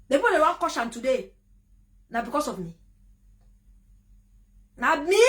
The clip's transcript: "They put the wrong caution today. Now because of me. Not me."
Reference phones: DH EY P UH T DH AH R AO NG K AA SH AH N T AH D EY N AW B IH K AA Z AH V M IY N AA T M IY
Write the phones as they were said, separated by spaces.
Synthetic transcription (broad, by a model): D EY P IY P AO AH W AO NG K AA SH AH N T AH D EY N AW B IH K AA S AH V M IY N AA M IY